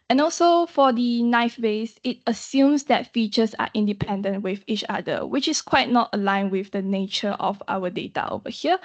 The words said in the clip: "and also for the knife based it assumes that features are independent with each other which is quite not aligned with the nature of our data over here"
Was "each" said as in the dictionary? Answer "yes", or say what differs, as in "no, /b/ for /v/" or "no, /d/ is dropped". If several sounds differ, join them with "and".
yes